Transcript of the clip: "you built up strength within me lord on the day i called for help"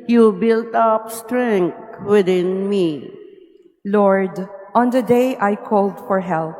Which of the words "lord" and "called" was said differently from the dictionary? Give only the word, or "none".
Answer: none